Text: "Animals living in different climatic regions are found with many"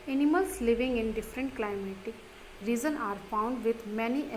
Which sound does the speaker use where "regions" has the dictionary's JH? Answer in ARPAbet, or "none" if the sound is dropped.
Z